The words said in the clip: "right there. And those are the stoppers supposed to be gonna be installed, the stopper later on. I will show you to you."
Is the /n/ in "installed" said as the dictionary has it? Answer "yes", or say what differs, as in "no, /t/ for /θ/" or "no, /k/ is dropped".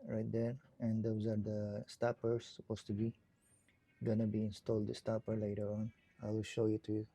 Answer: yes